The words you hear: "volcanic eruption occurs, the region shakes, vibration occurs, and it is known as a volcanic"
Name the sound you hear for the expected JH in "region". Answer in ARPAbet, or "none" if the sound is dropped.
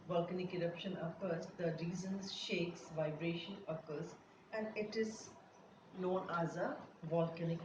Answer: Z